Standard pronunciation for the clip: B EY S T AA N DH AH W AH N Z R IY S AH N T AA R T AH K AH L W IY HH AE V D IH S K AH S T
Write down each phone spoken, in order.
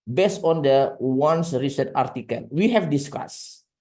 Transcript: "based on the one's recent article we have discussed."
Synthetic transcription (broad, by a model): B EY S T AA N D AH W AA N S R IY S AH T AA R T AH K AH L W IY HH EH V D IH S K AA S